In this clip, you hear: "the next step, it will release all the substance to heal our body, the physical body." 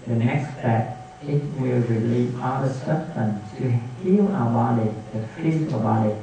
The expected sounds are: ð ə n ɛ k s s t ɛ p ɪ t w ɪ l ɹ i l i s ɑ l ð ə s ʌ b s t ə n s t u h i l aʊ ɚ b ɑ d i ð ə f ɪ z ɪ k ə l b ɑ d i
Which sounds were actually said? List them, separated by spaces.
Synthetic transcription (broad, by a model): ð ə n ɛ k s s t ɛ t ɪ t w ɪ l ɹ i l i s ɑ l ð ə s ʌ s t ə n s t u h i l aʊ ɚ b ɑ d i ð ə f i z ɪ ə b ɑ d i